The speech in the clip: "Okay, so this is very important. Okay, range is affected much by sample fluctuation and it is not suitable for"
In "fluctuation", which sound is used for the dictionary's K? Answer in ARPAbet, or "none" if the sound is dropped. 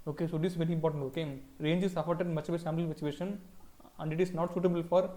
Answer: none